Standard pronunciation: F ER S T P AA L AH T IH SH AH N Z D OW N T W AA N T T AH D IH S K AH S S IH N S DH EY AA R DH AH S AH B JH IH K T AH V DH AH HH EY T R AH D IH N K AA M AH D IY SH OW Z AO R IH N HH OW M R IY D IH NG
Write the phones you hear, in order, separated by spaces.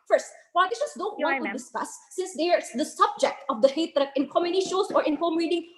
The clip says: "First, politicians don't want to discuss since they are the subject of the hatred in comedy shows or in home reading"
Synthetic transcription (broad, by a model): F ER S T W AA AH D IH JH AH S D OW N T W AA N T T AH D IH S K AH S S IH N S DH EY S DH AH S AH B JH IH K T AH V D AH HH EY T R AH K IH N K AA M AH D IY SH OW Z AO R IH N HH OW M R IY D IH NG